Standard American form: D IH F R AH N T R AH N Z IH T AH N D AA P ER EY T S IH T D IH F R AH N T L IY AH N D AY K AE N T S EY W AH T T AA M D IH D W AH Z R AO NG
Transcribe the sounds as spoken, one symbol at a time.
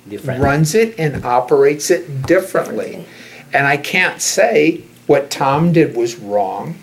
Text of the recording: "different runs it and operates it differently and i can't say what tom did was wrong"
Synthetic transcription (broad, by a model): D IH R R AH N Z IH T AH N AA P ER EY T S IH T D IH F R AH N T L IY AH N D AY K AE N T S EY W AH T T AA M D IH D W AH Z R AO NG